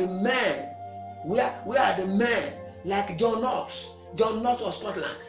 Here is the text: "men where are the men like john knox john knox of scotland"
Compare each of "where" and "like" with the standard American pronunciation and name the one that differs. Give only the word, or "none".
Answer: where